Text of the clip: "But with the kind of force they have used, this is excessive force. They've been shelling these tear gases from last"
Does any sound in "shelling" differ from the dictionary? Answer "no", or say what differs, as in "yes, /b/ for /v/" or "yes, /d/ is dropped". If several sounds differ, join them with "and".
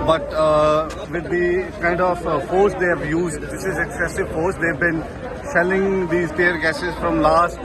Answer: yes, /s/ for /ʃ/